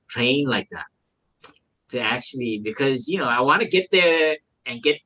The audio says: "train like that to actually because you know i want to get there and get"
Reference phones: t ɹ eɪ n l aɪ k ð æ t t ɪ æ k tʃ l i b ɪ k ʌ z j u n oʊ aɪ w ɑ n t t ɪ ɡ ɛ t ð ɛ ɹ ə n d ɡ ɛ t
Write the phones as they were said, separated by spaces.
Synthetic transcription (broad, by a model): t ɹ eɪ n l aɪ k ð æ t t ɪ æ k tʃ l i b ɪ k ʌ z j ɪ n oʊ aɪ w ɑ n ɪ ɡ ɛ t ð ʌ ɹ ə n ɡ ɛ t